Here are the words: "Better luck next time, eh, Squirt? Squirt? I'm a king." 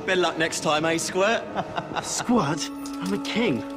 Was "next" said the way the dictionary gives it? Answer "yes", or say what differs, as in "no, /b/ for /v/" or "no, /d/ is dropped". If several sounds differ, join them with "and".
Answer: yes